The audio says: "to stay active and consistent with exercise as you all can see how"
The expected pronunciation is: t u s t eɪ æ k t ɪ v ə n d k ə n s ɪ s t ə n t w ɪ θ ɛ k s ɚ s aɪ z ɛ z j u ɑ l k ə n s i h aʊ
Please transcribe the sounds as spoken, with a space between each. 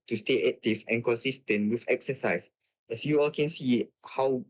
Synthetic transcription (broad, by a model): t u s t eɪ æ k t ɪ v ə n k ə n s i s t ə n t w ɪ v ɛ k s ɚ s aɪ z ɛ s j u ɑ l k ə n s i h aʊ